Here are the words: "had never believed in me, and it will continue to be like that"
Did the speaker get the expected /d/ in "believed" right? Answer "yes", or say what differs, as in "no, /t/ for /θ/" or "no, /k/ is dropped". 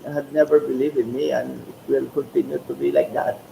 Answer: no, /d/ is dropped